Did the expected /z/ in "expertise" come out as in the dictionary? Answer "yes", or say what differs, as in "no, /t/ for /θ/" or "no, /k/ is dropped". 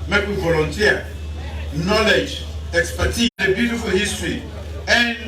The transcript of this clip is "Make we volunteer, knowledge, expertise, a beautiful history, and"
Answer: no, /z/ is dropped